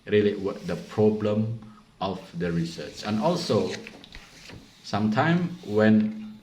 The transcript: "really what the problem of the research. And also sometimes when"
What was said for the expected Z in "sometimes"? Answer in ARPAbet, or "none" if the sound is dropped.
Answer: none